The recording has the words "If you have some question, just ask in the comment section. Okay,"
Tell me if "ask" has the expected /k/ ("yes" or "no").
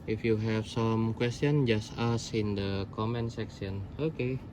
no